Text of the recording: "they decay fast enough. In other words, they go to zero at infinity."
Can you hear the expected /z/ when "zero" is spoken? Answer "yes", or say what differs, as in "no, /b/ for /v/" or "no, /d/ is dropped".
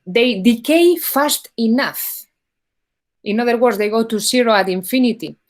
no, /s/ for /z/